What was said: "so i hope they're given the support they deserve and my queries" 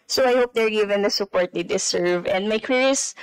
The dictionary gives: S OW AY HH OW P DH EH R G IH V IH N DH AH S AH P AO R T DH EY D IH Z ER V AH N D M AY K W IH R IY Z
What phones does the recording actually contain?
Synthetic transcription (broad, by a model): S OW AY HH OW P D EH R G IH V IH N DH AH S AH P AO R T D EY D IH S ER V AH N D M AY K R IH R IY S